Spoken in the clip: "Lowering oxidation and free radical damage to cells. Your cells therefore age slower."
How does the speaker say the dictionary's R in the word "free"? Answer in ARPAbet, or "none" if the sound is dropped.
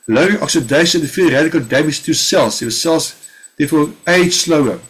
none